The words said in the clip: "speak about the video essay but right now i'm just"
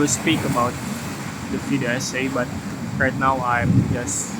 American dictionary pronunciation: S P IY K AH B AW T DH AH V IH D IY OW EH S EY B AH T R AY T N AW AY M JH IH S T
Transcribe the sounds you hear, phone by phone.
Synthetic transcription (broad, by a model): S P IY K AH B AW T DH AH F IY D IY EH S EY B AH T R AY T N AW AY M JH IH S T